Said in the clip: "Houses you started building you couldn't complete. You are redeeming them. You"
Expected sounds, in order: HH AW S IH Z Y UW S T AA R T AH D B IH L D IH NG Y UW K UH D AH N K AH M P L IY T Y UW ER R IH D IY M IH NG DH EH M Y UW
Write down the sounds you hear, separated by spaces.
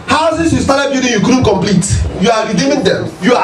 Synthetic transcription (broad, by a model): HH AW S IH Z Y UW S T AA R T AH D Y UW D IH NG Y UW K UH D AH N K AH M P L IY T Y UW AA R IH D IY M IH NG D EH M Y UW